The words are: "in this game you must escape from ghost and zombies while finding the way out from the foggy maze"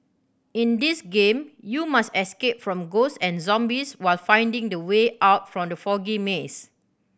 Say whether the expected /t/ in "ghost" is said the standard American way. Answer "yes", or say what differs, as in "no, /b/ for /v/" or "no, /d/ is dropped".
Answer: no, /t/ is dropped